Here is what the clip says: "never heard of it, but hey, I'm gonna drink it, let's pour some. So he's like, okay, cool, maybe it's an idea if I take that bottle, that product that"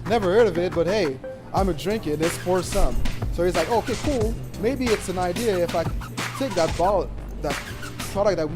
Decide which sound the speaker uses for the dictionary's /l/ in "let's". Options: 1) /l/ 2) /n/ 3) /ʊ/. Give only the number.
2